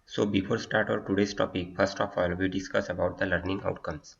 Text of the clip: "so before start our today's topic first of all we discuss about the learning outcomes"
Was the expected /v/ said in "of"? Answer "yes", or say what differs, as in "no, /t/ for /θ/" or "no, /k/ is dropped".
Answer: no, /p/ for /v/